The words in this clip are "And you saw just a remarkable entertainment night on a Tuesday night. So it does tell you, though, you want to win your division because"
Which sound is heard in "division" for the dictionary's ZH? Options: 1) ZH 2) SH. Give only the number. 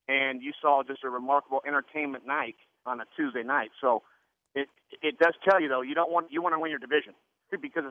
1